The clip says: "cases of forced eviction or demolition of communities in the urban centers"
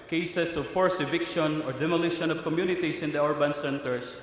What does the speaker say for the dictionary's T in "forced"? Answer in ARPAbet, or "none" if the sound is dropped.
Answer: none